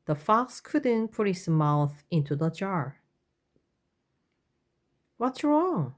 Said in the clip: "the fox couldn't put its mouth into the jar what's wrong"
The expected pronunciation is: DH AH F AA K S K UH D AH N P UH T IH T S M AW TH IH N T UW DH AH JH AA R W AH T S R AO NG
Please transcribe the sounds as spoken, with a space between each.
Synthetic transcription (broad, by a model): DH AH F AA K S K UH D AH N P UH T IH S M AW TH IH N T UW DH AH JH AA R W AH T S R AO NG